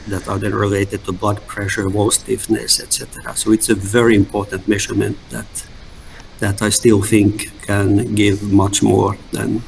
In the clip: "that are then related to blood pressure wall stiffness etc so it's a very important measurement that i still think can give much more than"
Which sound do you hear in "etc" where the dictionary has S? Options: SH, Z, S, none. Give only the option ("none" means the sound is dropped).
S